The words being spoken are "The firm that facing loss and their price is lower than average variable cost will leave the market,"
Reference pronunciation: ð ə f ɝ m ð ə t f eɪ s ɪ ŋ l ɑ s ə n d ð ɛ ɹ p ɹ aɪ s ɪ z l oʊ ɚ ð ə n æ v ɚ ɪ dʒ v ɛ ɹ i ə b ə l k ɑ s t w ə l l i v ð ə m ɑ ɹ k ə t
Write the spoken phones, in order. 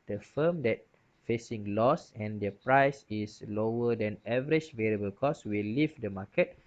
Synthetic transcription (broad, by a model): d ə f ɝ m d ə t f eɪ s ɪ ŋ l ɑ s ə n d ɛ p ɹ aɪ s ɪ s l oʊ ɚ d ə n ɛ v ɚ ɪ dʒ v ɛ ɹ i ə b ə l k ɑ s w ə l l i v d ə m ɑ k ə t